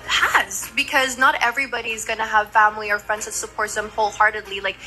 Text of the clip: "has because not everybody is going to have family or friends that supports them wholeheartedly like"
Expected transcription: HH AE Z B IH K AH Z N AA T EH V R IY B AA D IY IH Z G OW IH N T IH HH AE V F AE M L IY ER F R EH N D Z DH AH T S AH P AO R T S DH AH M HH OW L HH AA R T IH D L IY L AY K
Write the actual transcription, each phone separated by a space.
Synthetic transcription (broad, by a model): HH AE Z B IH K AH Z N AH T EH V R IY B AA D IY IH Z G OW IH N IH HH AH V F AE M L IY ER F R EH N D Z DH AH T S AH P AO R T DH AH M HH OW L HH AA R T IH D L IY L AY K